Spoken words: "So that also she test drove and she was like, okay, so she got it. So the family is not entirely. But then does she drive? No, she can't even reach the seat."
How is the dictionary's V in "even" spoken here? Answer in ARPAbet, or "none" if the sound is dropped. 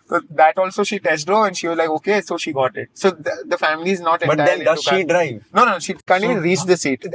none